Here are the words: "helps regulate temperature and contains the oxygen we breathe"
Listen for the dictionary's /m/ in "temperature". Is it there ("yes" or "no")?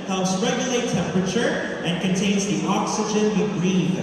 yes